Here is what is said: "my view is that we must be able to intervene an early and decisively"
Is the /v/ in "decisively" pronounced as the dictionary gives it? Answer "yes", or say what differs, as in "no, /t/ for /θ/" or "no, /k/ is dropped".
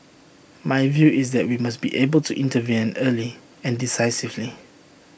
yes